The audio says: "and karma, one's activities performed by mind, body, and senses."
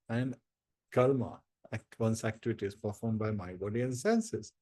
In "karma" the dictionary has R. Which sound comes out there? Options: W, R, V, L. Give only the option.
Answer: L